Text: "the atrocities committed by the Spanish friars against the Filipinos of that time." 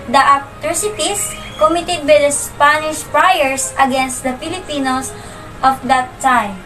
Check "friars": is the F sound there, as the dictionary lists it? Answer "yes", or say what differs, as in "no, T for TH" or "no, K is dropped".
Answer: no, P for F